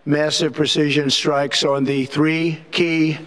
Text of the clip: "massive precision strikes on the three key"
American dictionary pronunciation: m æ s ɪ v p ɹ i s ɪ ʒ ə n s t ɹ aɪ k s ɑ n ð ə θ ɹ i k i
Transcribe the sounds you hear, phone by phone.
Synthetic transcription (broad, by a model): m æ s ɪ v p ɹ i s ɪ ʒ ə n s t ɹ aɪ k s n ð ə θ ɹ i k i